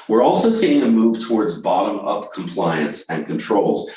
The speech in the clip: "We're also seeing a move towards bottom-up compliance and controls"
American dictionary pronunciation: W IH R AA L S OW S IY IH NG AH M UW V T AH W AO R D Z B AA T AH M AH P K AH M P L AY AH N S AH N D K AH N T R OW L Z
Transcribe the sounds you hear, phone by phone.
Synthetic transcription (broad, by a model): W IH R AA L S OW S IY IH NG AH M UW V T AH W AO R D Z B AA T AH M AH P K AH M P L AY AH N S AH N K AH N T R OW L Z